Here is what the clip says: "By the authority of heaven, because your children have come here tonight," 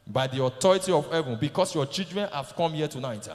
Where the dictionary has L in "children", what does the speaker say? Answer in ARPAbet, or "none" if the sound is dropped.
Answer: none